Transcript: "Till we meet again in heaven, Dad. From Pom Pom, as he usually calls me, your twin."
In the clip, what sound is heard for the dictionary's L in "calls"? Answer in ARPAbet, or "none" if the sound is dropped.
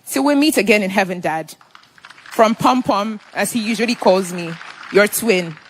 L